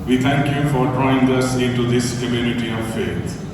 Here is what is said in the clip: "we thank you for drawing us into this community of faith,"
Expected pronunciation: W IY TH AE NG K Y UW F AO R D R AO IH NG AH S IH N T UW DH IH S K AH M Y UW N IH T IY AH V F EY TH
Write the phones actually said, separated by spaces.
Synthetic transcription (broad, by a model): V IY T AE NG K Y UW F AO R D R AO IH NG AH S IH N T UW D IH S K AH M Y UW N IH T IY AH V F EY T